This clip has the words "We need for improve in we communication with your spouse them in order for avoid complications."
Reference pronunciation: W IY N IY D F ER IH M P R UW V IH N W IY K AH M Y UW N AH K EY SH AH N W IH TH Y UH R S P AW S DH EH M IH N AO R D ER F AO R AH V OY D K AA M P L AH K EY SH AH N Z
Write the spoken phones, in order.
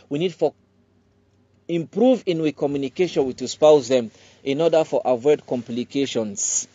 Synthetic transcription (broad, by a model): W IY N IY D F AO IH M P R UW V IH N W IY K AH M Y UW N AH K EY SH AH N W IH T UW S P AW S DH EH M IH N AO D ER F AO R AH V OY D K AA M P L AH K EY SH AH N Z